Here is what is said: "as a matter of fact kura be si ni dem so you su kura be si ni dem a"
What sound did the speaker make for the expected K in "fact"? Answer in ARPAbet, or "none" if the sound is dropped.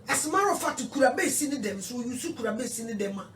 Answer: none